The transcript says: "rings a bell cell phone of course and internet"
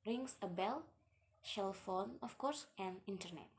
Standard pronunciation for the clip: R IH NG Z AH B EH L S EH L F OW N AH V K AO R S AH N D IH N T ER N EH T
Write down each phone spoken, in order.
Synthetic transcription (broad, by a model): R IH NG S AH B EH L SH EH L F OW N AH F K AO R S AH N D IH N T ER N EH T